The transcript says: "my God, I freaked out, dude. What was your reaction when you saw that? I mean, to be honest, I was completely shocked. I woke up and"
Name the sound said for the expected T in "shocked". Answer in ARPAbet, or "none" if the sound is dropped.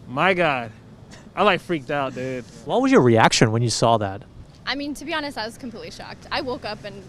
T